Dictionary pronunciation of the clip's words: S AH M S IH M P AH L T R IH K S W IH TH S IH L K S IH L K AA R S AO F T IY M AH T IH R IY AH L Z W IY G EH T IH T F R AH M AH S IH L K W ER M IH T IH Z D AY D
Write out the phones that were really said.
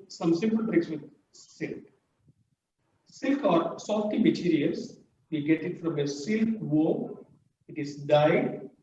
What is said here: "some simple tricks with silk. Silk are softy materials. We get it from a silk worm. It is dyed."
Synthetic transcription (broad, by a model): S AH M S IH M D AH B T R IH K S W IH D S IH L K S IH L K AA R S AO F T IY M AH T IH R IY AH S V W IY G EH T IH T F R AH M AH S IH L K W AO IH T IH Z D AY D